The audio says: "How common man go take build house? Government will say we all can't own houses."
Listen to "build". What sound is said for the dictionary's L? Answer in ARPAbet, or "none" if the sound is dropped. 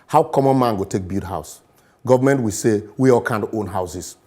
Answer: none